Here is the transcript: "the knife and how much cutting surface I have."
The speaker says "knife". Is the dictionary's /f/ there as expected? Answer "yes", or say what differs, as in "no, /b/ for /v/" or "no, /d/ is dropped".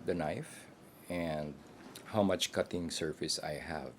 yes